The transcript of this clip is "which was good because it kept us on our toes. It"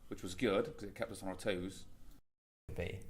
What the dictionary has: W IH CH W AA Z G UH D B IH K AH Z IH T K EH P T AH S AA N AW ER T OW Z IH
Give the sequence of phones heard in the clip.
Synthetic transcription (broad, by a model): W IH CH W AA Z G UH D K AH Z IH T K EH P T AH S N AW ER T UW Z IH